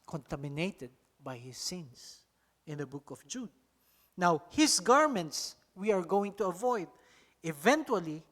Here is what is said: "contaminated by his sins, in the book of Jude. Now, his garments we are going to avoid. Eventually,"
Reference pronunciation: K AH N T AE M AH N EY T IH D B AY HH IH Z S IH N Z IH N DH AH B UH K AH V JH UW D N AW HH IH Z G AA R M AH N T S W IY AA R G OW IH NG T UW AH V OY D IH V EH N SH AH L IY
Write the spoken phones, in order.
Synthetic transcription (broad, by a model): K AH N T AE M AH N EY T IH D B AY HH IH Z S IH N S IH N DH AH B UH K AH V JH UW D N AW HH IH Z G AA R M AH N T S W IY AA R G OW IH NG T UW AH V OY D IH V EH N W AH L IY